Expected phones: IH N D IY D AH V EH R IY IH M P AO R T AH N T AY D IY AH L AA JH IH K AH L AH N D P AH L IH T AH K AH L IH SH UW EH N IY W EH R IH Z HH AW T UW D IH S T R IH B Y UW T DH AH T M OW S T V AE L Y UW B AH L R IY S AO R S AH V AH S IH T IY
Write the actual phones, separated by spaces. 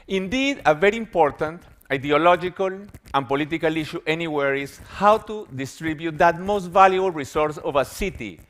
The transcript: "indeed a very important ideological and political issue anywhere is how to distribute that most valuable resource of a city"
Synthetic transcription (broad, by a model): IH N D IY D AH V EH R IY IH M P AO R T AH N T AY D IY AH L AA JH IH K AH L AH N P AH L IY T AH K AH L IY SH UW EH N IY W EH R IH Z HH AW T UW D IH S T R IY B Y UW T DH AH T M OW S T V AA L Y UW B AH L R IY S AO R S AH V AH S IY T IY